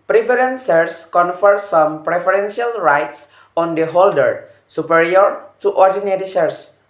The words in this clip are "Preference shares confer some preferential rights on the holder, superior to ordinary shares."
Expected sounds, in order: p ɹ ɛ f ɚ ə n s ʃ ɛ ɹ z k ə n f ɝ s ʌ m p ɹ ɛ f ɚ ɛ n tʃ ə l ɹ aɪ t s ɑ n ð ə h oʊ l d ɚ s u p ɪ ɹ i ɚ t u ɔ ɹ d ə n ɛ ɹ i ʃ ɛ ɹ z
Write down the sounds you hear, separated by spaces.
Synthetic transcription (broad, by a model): p ɹ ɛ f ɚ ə n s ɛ ɹ s k ə n f ɝ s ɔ m p ɹ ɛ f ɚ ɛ n s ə l ɹ aɪ t s ɑ n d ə h oʊ l d ɚ s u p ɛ ɹ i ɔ t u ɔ ɹ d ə n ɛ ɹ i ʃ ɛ ɹ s